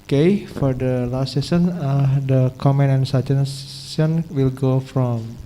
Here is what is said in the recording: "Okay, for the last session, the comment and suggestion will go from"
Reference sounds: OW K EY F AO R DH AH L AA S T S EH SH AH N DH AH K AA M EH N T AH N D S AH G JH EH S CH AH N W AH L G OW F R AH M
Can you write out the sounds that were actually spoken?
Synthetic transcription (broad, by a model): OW K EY F AO R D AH L AA S T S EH S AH N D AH K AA M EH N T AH N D S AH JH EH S S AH N W AH L G OW F R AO M